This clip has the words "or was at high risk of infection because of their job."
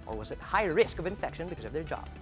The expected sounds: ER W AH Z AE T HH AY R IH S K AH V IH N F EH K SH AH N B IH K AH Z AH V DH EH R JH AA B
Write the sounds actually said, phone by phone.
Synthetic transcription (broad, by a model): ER W AH Z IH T HH AY R IH S K AH V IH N F EH K SH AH N B IH K AH Z AH V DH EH R JH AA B